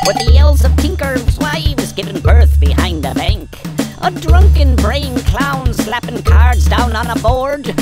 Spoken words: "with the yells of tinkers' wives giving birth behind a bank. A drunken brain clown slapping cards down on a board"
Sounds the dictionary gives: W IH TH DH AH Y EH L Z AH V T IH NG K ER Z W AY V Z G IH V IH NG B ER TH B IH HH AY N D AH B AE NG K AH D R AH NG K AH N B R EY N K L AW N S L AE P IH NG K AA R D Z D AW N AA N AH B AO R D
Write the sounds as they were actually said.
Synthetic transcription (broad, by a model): W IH DH AH Y EH L Z AH V T IH NG K ER Z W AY W Z G IH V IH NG B ER TH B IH HH AY N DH AH B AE NG K AH D R AH NG K AH N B R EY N K L AW N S L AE P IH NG K AA R D Z D AW N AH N AH B AO R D